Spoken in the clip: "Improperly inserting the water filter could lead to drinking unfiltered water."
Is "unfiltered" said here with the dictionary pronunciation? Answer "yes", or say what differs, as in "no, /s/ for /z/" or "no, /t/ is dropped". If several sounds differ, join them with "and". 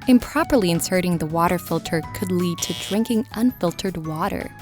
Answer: yes